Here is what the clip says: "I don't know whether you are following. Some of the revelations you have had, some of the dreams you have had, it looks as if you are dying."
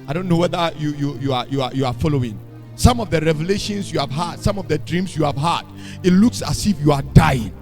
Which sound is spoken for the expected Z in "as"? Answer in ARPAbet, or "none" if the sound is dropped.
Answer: S